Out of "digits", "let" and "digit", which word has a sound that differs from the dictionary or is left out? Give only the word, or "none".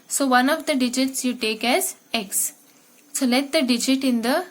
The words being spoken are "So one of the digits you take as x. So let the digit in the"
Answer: none